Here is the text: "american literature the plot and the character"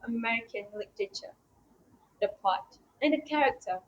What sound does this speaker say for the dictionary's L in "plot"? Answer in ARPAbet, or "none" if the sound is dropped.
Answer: none